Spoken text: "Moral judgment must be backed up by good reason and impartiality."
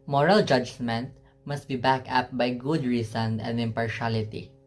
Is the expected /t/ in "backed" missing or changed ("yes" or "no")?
yes